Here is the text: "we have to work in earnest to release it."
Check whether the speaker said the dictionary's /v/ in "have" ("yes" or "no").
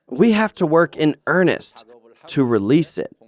no